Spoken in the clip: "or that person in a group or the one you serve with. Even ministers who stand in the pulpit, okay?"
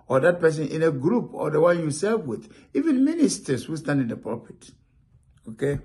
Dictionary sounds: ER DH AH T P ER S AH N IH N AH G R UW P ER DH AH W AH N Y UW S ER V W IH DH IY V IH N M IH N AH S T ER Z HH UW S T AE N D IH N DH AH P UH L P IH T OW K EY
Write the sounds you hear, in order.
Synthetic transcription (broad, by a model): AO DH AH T P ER S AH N IH N AH G R UW P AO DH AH W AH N Y UW S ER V W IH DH IY V IH N M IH N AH S T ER S HH UW S T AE N D IH N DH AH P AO P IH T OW K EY